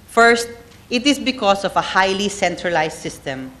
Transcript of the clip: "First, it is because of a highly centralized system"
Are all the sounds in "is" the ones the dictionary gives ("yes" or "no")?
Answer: no